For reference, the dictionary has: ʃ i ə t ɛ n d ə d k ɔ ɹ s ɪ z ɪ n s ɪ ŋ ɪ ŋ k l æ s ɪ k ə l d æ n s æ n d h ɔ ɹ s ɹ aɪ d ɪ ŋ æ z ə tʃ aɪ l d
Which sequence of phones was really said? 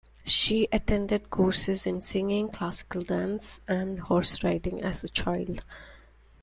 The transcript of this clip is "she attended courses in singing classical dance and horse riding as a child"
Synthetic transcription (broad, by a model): ʃ i ə t ɛ n d ə d k ɔ ɹ s ɪ z ɪ n s ɪ ŋ ɪ ŋ k l æ s ɪ k ə l d æ n s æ n d h ɔ ɹ s ɹ aɪ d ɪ ŋ æ z ə tʃ aɪ l d